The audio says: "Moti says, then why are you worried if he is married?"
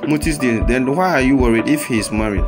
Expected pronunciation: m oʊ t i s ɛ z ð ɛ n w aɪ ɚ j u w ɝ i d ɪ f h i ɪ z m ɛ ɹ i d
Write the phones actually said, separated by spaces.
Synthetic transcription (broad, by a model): m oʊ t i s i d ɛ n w aɪ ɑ j u w ɝ i d ɪ f h i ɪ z m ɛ ɹ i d